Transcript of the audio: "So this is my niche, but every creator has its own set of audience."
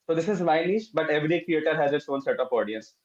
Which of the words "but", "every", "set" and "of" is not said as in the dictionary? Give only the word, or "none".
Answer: of